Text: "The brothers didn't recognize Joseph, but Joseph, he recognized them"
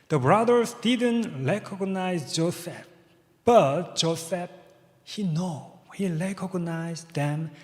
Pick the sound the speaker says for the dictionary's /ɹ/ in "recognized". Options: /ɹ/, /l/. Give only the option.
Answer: /l/